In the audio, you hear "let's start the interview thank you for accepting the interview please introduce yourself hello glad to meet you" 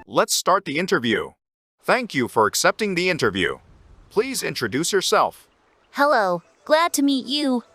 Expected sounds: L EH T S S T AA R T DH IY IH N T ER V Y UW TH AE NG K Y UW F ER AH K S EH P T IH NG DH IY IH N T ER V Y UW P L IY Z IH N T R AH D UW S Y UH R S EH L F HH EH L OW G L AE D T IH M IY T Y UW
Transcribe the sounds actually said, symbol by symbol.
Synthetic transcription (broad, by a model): L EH T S S T AA R T DH IY IH N T ER V Y UW TH AE NG K Y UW F ER AH K S EH P T IH NG DH IY IH N T ER V Y UW P L IY Z IH N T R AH D UW S Y UH R S EH L F HH EH L OW G L AE D T IH M IY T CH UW